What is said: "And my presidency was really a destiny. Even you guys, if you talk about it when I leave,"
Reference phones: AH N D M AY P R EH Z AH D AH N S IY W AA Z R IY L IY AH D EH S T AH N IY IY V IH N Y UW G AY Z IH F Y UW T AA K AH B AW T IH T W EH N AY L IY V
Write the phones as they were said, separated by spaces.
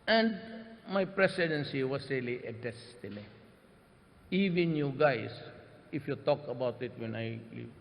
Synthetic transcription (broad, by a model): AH N D M AY P R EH S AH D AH N S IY W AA S R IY L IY AH D EH S T AH N IY IY V IH N Y UW G AY S IH F Y UW T AA K AH B AW T IH T W EH N AY L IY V